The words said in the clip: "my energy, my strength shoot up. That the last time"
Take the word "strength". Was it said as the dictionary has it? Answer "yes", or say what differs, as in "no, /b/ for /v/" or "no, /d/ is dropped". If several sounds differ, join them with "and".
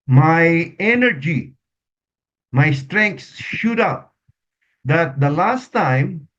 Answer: no, /s/ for /θ/